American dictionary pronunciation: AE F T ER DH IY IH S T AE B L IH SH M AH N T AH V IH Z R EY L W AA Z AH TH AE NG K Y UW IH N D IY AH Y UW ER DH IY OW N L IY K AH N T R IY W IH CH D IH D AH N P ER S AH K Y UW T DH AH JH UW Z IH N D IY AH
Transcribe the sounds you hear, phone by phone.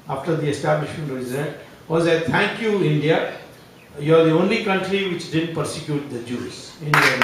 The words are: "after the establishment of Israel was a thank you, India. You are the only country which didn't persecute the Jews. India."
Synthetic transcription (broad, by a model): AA F T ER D IY IH S T AE B L IH SH M AH N T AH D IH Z EY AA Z AH T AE NG K Y UW IH N D IY AH Y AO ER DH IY OW N L IY K AH N T R IY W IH CH D IH D AH N P ER S AH K Y UW T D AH JH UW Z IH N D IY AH